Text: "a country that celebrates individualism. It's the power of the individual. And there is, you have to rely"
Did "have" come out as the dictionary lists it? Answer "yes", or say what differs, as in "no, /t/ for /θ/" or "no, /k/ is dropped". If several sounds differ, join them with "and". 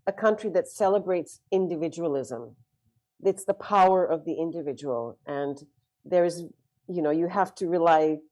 no, /f/ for /v/